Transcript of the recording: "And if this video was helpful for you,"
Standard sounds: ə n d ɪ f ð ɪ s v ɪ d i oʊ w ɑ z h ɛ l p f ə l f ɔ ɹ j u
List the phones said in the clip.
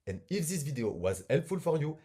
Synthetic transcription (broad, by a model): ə n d ɪ f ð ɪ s v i d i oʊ w ɑ z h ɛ l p f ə l f ɔ ɹ j u